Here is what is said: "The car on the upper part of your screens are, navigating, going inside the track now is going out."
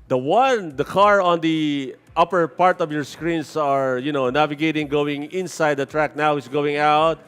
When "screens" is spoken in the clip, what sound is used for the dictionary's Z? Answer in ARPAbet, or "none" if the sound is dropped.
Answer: S